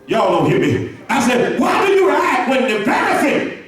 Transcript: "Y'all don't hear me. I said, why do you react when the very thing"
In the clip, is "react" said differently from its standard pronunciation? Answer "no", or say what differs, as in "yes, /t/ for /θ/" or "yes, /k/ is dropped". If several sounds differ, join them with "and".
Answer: yes, /k/ is dropped